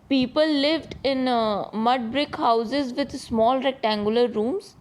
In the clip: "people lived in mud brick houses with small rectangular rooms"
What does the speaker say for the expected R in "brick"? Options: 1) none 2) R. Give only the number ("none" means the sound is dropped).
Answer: 2